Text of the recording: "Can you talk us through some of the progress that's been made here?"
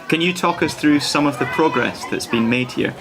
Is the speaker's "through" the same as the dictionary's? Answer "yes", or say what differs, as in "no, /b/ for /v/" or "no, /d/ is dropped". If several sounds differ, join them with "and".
yes